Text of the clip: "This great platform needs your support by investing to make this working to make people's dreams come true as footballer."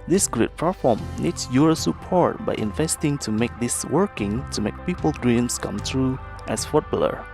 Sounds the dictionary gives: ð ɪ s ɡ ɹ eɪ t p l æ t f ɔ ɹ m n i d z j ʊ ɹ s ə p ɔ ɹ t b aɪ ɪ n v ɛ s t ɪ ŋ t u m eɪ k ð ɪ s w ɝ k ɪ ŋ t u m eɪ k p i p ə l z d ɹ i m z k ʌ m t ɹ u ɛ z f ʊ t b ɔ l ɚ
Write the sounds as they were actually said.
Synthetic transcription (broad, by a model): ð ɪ s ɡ ɹ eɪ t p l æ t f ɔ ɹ m n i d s j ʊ ɹ s ə p ɔ ɹ t b aɪ ɪ n v ɛ s t ɪ ŋ t u m eɪ k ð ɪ s w ɝ k ɪ ŋ t u m eɪ k p i p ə l d ɹ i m s k ʌ m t ɹ u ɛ s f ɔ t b l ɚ